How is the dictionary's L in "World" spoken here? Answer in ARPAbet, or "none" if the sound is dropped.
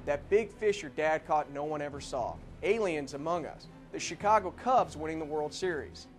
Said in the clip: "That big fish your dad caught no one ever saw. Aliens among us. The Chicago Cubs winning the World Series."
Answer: L